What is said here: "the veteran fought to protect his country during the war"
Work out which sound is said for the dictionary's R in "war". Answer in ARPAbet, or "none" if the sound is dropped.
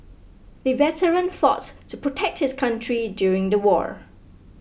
R